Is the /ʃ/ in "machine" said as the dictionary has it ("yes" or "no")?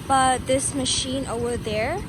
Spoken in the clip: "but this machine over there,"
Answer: yes